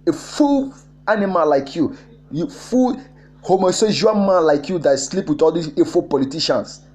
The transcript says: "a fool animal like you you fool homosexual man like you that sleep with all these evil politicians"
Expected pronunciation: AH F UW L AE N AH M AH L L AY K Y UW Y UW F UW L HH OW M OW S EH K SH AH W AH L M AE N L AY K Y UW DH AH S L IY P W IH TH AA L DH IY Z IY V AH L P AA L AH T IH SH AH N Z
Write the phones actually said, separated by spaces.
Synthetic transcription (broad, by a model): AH F UW L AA N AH M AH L L AY K Y UW Y UW F UW L HH OW M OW S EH SH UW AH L M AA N L AY K Y UW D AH S L IY P W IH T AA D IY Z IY F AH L P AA L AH T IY SH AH N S